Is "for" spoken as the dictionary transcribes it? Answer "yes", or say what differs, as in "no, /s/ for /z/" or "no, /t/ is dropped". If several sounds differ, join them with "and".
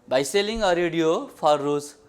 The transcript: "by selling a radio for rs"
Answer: no, /p/ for /f/